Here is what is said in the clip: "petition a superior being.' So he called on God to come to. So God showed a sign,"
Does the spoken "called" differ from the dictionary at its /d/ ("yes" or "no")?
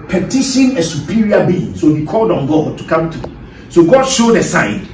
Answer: no